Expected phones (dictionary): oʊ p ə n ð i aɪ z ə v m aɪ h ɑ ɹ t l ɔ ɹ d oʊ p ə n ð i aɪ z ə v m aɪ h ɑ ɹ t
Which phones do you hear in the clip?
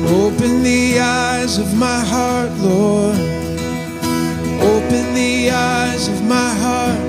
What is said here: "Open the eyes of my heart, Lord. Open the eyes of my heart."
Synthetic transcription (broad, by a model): oʊ p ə n ð i aɪ z ə v m aɪ h ɑ ɹ t l ɔ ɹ oʊ p ə n ð i aɪ z ə v m aɪ h ɑ ɹ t